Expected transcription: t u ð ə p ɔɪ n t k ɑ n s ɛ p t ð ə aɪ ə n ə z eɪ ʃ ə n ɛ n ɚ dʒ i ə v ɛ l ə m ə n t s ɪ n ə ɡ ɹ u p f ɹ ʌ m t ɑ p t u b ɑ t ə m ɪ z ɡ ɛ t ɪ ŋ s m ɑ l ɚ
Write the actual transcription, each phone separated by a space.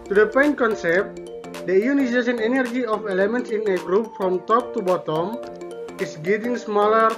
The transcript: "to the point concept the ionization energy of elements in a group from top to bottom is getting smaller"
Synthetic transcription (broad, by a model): t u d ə p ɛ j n k ɑ n s ɛ p t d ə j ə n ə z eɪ s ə n ɛ n ɚ dʒ i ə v ɛ l ə m ə n t s ɪ n ə ɡ ɹ u p f ɹ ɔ m t ɑ p t u b ɑ t ə m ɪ s ɡ ɛ t ɪ ŋ s m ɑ l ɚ